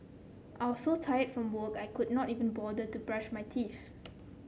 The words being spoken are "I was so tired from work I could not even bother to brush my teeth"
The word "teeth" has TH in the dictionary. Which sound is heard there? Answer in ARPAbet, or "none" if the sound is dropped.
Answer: F